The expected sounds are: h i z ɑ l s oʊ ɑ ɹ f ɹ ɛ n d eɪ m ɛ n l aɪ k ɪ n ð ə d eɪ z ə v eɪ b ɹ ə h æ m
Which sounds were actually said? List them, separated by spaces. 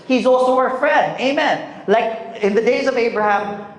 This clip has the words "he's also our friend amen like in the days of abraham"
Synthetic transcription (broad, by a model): h i z ɑ l s oʊ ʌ ɹ f ɹ ɛ n d eɪ m ɛ n l aɪ k ɪ n ð ə d eɪ z ə v eɪ b ɹ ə h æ m